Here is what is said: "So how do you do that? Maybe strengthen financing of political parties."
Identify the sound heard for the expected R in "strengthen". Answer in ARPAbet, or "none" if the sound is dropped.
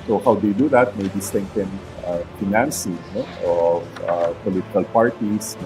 none